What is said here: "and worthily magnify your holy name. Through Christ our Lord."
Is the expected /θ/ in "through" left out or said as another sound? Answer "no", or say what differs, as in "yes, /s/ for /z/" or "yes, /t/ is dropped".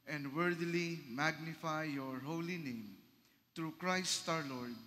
yes, /t/ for /θ/